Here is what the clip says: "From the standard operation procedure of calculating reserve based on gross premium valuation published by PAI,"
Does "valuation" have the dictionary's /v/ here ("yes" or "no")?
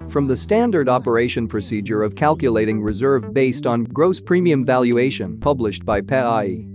yes